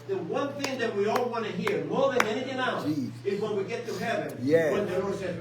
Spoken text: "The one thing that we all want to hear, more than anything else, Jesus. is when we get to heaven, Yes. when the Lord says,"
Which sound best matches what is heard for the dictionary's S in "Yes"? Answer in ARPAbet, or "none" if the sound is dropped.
none